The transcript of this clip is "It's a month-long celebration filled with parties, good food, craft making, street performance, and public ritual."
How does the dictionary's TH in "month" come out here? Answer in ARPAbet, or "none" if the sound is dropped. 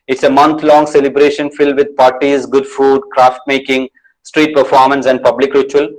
T